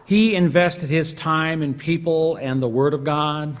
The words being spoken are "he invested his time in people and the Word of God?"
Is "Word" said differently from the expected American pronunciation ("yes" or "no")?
no